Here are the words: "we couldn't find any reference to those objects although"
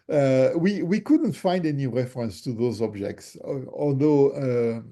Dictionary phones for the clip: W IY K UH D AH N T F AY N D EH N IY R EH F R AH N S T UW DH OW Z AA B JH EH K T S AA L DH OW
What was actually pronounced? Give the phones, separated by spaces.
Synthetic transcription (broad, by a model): W IY K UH D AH N T F AY N D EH N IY R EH F R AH N S T UW DH OW Z AA B JH EH K T S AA L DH OW